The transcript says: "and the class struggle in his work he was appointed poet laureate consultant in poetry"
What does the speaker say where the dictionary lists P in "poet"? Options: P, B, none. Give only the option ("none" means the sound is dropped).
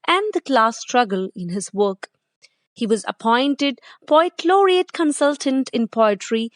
B